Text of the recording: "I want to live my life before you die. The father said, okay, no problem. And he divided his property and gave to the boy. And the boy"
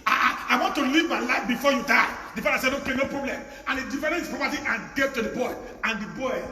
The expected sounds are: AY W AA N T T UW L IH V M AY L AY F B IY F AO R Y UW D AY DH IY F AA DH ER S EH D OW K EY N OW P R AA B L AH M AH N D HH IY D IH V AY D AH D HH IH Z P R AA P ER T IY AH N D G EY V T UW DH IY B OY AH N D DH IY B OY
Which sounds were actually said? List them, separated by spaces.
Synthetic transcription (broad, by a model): AY W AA N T T UW L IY V M AY L AY F B IY F AO Y UW D AY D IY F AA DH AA S EH D OW K EY N OW P R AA B L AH M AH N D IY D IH F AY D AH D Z P R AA P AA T IY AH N G EY V T UW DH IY B OY AH N D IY B OY